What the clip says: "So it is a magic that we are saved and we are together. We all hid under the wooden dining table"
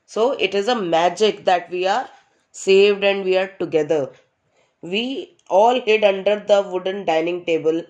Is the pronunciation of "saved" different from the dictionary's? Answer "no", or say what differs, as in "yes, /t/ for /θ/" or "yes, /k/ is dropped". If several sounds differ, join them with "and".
no